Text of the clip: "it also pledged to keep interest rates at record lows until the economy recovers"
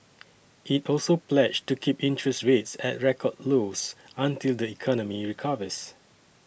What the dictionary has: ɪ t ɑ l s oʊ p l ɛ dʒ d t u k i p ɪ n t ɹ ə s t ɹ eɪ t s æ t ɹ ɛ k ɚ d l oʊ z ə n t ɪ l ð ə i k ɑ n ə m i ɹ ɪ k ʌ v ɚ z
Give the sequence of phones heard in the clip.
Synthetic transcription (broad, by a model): ɪ t ɑ l s oʊ p l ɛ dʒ t u k i p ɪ n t ɹ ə s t ɹ eɪ t s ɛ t ɹ ɛ k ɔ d l oʊ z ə n t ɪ l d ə i k ɑ n ə m i ɹ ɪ k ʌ v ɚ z